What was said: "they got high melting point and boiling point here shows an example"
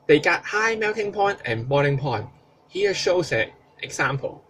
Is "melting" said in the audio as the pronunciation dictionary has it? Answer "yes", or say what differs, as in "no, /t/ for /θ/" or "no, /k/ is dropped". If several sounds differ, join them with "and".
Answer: no, /w/ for /l/